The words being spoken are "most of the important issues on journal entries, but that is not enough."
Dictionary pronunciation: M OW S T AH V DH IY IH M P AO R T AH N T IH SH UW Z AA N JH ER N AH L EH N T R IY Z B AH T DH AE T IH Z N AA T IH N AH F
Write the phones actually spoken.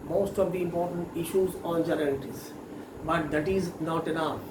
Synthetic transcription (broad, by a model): M OW S T AH V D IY IH M P AO R T AH N T IH SH UW Z AA N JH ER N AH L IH T IY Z B AH T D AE T IH Z N AA T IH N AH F